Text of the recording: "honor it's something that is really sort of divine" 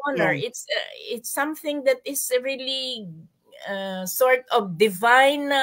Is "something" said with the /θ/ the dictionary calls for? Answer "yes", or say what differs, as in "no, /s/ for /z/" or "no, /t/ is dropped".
yes